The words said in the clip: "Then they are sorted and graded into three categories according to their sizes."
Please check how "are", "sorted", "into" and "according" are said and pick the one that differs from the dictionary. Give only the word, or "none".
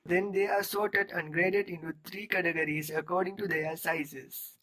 none